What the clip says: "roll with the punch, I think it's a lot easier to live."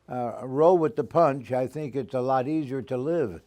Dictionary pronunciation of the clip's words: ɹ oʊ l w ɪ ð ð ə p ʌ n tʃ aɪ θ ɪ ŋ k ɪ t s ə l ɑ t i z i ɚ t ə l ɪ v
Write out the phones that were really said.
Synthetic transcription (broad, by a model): ɹ oʊ w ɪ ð ð ə p ʌ n tʃ aɪ θ ɪ ŋ k ɪ t s ə l ɑ t i z i ɚ t ə l ɪ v